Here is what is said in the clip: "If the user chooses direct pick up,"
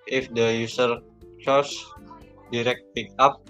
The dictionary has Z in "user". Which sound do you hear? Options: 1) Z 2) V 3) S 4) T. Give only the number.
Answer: 3